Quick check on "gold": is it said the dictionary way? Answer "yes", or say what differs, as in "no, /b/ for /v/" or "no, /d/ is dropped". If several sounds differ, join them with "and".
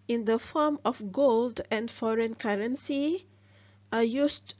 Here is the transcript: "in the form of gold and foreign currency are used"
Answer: yes